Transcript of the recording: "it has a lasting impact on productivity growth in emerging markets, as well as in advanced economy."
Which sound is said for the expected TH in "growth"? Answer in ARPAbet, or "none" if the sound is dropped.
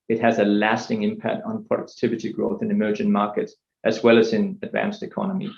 TH